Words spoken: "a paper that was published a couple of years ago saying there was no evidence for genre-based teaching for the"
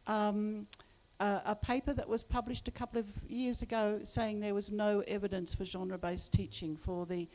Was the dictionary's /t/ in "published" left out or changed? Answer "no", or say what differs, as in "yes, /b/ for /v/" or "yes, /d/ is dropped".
no